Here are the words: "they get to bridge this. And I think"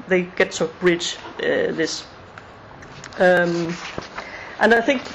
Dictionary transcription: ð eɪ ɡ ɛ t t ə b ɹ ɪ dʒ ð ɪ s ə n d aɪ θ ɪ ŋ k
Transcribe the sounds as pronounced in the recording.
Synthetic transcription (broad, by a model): ð eɪ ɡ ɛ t t ə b ɹ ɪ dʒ ð ɪ s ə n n aɪ θ ɪ ŋ k